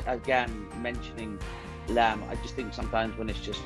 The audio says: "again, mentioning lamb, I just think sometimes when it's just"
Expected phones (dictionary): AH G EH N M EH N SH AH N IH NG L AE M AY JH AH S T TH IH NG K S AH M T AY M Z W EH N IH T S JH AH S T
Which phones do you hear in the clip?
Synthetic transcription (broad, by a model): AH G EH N M EH N SH AH N IH NG L AE M AY JH AH S T TH IH NG K S AH M T AY M Z W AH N IH T S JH AH S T